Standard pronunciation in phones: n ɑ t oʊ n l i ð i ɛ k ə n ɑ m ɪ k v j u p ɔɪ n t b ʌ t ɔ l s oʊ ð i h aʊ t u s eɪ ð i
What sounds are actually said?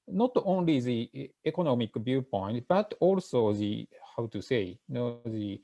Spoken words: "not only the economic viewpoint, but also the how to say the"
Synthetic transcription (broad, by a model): n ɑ t oʊ n l i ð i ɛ k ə n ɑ m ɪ k b j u p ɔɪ n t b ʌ t ɔ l s oʊ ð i h aʊ t u s eɪ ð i